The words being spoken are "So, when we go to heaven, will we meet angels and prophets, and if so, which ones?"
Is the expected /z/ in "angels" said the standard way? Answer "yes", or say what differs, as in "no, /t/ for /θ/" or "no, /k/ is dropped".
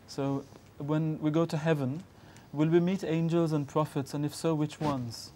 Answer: yes